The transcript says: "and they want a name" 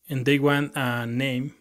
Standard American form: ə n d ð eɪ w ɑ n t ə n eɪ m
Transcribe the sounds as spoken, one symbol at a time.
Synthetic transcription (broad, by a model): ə n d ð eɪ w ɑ n ə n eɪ m